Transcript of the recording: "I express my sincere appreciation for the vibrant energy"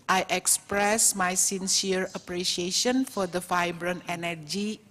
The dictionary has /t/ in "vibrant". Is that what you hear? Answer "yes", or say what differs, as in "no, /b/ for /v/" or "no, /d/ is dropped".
no, /t/ is dropped